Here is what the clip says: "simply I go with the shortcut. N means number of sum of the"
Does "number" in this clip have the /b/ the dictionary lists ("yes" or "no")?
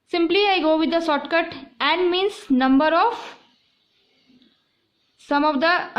yes